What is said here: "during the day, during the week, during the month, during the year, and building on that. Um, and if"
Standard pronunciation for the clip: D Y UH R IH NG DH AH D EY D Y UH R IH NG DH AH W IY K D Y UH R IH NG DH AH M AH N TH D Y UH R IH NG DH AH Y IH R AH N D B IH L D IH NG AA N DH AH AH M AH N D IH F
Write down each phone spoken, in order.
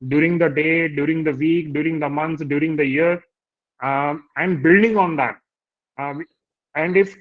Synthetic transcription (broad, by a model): D Y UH R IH NG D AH D EY D Y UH R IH NG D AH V IY K D Y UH R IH NG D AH M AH N S D Y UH R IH NG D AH Y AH R AH N D B IH L D IH NG AA N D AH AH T AH N D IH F